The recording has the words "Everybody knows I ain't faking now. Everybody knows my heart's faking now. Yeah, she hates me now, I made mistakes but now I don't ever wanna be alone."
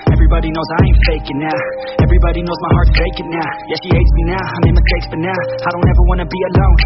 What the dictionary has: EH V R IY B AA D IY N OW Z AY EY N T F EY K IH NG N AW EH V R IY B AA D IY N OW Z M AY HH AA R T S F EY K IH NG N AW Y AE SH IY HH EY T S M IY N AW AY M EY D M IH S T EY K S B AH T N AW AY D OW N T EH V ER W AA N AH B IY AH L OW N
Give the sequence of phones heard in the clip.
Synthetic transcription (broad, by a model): EH V R IY B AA D IY N OW Z AY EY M F EY K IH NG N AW EH V R IY B AA D IY N OW Z M AY HH AA R T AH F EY K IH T N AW Y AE SH IY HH EY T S M IY N AW AY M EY M IH S T EY K S B AH T N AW AY D OW N T EH V ER W AA N AH B IY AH L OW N